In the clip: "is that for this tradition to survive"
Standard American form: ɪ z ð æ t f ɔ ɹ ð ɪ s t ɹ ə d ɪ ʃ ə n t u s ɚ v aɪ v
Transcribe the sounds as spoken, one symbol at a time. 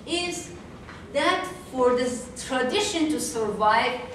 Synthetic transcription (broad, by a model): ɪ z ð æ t f ɔ ɹ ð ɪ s t ɹ ə d ɪ ʃ ə n t u s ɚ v aɪ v